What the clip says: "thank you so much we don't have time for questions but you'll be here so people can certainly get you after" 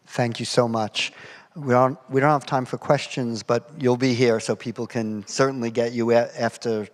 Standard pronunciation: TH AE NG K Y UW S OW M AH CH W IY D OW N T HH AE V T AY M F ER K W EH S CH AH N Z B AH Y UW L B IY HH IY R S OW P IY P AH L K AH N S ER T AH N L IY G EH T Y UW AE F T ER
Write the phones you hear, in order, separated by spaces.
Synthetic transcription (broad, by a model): TH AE NG K Y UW S OW M AH CH W IY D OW N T HH AE V T AY M F ER K W EH S CH AH N Z B AH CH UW L B IY HH IY R S OW P IY P L K AH N S ER T N L IY G EH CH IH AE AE F T ER